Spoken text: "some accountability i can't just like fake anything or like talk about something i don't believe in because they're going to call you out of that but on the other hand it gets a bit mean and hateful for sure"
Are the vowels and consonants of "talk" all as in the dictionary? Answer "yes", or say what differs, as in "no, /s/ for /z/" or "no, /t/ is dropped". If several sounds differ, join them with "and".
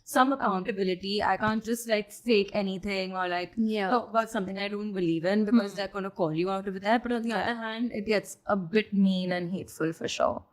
no, /k/ is dropped